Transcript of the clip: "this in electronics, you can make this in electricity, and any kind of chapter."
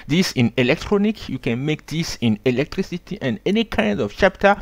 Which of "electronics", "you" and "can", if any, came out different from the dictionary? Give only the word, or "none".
electronics